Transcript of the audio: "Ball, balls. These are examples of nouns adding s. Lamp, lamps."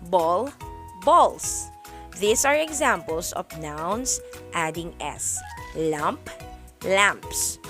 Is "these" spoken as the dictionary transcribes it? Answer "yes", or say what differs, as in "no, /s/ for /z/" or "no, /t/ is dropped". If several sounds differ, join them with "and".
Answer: no, /s/ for /z/